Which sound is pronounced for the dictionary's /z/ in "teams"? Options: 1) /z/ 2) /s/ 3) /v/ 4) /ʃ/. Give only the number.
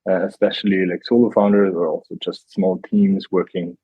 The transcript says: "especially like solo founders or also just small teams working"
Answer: 1